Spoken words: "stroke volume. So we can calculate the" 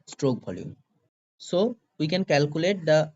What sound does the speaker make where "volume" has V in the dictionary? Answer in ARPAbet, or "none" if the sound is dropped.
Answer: B